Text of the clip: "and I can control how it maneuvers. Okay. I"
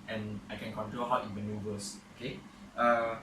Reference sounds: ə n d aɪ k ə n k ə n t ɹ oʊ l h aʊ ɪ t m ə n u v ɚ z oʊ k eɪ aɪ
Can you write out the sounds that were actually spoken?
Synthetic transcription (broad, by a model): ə n aɪ k ə n k ə n t ɹ oʊ l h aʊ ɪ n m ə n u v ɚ s oʊ k eɪ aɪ